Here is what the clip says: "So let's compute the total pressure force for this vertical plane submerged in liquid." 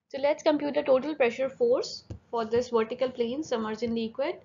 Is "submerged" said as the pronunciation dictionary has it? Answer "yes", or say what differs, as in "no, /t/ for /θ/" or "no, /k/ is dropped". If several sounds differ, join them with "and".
no, /b/ is dropped and /d/ is dropped